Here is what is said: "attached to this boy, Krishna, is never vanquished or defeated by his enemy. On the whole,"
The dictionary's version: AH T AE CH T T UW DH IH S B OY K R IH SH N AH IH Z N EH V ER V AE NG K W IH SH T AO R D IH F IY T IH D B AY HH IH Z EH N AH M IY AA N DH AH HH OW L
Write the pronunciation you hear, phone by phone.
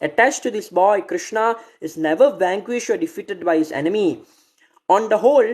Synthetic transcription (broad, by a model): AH T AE CH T T UW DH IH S B OY K R IH SH N AH IH Z N EH V ER V AE NG K W IH SH T AO R D IH F IY T IH D B AY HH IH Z EH N AH M IY AA N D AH HH OW L